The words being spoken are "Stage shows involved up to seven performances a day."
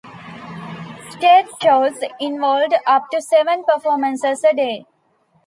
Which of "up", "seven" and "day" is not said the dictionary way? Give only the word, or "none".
none